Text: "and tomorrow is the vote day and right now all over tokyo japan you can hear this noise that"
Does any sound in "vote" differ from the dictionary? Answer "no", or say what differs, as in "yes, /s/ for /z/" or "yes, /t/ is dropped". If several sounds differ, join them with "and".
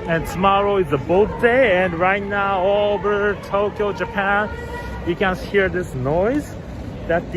yes, /b/ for /v/